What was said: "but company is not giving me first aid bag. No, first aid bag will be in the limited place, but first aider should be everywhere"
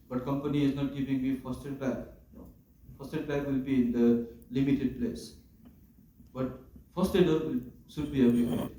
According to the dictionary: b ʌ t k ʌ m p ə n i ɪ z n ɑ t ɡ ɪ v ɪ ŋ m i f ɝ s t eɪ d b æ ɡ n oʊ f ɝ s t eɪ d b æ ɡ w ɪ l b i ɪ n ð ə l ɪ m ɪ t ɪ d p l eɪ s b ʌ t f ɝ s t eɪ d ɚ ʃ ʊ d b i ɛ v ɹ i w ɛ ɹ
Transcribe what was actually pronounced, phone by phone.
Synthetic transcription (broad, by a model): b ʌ t k ʌ m p ə n i ɪ z n ɑ t ɡ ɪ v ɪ ŋ m i f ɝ s t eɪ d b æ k f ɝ s t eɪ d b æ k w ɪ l b i ɪ n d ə l ɪ m ɪ t ɪ d p l eɪ s b ʌ t f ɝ s t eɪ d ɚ s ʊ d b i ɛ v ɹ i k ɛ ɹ